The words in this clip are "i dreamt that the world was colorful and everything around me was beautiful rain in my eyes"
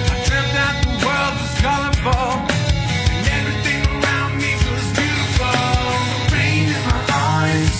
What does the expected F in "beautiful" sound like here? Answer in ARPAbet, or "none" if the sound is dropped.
none